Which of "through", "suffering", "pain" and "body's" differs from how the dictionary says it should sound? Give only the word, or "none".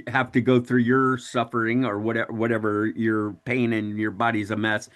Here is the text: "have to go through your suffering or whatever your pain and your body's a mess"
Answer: none